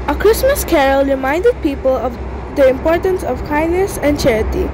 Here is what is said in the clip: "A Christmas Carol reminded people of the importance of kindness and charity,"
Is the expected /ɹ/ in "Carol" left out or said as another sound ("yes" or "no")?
no